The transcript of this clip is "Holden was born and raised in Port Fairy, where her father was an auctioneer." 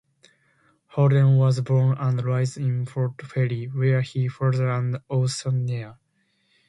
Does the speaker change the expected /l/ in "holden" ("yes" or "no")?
yes